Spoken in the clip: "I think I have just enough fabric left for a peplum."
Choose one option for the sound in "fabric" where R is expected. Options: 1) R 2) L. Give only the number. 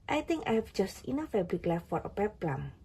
2